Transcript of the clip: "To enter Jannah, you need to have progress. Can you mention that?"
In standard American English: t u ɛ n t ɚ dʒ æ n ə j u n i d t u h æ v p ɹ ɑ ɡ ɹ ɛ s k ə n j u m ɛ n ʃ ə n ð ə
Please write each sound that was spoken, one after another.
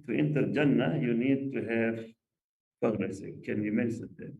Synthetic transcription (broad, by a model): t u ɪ n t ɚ dʒ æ n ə j u n i d t u h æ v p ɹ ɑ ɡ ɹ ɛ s k ə n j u m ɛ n s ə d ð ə